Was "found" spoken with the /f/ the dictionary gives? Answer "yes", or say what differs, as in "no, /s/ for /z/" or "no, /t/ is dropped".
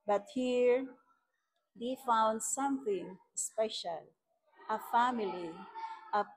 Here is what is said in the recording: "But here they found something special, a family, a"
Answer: yes